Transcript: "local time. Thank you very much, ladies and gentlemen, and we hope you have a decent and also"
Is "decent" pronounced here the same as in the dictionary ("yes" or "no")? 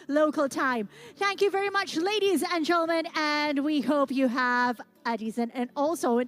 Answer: no